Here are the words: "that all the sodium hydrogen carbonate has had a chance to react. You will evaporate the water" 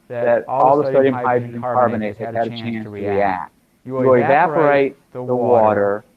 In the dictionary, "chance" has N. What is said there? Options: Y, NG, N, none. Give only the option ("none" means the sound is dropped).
N